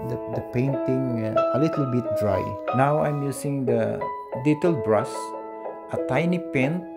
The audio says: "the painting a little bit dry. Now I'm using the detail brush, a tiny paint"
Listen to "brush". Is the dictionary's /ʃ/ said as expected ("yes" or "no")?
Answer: no